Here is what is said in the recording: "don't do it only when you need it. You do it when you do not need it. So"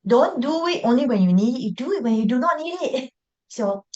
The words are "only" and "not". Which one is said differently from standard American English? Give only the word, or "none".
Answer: none